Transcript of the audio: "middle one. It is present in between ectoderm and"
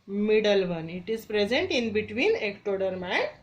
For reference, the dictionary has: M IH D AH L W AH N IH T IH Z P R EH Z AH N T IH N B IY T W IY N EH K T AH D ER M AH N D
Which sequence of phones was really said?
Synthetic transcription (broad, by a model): M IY D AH L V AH N IH T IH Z P R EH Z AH N T IH N B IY T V IY N EH K T AH D ER M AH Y